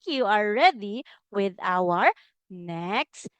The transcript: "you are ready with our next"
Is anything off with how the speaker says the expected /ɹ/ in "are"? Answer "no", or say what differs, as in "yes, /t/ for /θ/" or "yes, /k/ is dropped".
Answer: yes, /l/ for /ɹ/